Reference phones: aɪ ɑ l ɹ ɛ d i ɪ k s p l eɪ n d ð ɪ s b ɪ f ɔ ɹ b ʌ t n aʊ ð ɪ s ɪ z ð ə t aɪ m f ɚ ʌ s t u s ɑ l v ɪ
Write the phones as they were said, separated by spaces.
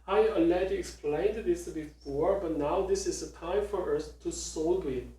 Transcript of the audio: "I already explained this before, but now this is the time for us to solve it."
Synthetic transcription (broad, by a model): aɪ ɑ l ɛ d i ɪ k s p l eɪ n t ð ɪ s b ɪ f ɔ ɹ b ʌ t n aʊ ð ɪ s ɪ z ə t aɪ m f ɚ ʌ s t u s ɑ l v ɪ